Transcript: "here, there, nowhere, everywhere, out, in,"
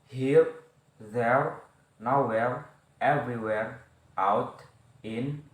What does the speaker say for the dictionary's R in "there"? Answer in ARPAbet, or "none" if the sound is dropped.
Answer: R